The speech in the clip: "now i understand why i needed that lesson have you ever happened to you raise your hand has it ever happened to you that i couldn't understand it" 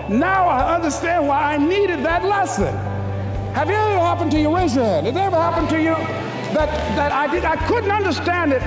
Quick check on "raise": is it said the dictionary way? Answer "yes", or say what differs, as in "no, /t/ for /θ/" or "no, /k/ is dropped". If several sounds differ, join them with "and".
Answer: no, /w/ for /ɹ/